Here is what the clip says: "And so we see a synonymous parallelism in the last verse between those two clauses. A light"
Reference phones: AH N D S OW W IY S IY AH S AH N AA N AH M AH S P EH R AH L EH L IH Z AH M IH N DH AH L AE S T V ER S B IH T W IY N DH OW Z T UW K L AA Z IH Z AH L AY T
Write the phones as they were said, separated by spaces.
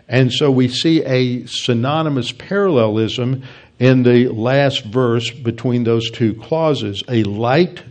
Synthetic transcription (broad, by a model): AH N S OW W IY S IY AH S AH N AA N AH M AH S P EH R AH L EH L IH Z AH M IH N DH AH L AE S T V ER S B IH T W IY N DH OW Z T UW K L AA Z IH Z AH L AY T